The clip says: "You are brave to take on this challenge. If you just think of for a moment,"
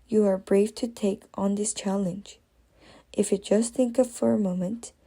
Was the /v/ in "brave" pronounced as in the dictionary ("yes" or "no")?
no